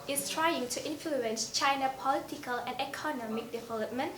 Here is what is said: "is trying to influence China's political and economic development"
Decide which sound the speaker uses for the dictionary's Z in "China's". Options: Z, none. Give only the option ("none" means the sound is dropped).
none